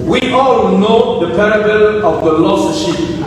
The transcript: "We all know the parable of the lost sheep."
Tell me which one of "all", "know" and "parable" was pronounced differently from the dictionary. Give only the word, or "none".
none